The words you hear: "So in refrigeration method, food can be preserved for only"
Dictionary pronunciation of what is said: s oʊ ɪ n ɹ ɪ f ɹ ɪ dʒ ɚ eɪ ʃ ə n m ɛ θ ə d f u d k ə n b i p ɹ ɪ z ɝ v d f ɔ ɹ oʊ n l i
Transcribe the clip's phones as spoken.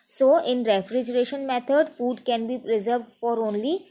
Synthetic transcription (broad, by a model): s oʊ ɪ n ɹ ɪ f ɹ ɪ dʒ ɚ eɪ ʃ ə n m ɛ t ə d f u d k ə n b i p ɹ ɪ z ɝ v d f ɔ ɹ oʊ n l i